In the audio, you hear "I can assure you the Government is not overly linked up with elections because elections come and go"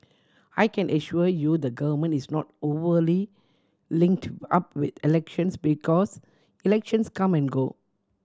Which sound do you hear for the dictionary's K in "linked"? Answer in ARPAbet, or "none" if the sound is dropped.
K